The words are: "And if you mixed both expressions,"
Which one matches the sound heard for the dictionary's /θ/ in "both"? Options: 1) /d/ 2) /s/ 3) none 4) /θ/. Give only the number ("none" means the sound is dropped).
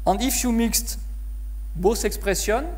2